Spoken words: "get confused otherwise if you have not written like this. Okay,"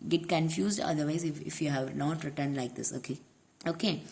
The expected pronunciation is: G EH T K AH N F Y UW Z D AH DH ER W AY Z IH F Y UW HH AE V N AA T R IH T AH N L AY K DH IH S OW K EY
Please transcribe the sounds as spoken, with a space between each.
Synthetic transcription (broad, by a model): G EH T K AH N F Y UW Z D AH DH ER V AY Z IH F Y UW HH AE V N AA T R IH T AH N L AY K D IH S OW K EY